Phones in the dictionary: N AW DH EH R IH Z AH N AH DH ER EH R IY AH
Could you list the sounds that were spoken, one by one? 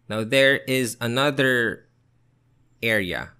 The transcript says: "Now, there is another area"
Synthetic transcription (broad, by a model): N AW DH EH R IH Z AH N AH DH ER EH R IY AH